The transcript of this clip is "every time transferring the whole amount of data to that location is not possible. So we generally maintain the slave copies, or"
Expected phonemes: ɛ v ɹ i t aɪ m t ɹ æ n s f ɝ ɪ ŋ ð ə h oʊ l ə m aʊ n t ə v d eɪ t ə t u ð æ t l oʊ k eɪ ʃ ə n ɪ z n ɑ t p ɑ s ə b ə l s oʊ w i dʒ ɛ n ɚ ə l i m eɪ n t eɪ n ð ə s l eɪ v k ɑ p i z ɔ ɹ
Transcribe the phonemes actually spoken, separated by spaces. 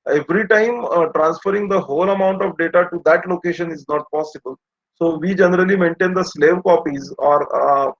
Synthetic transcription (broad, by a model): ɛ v ɹ i t aɪ m t ɹ æ n s f ɝ ɪ ŋ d ə h oʊ l ə m aʊ n t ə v d eɪ t ə t u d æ t l oʊ k eɪ ʃ ə n ɪ z n ɑ t p ɑ s ə b ə l s oʊ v i dʒ ɛ n ɚ ə l i m eɪ n t eɪ n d ə s l eɪ v k ɑ p i z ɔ ɹ